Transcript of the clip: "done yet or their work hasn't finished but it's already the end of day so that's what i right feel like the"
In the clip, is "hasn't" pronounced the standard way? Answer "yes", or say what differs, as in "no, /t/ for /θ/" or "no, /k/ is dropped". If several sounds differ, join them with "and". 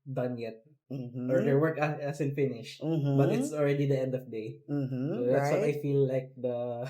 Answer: no, /s/ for /z/